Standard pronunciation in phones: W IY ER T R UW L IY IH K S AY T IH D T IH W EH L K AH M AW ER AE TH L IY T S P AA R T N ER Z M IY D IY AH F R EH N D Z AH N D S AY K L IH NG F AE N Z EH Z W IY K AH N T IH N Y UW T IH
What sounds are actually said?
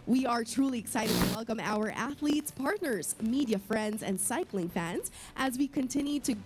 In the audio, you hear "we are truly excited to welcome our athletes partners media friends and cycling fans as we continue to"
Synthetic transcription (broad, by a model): W IY ER T R UW L IY IH K S AY T IH D T IH W EH L K AH M AW ER AE TH L IY T S P AA R T N ER Z M IY D IY AH F R EH N D Z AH N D S AY K L IH NG F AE N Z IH Z W IY K AH N T IH N Y UW T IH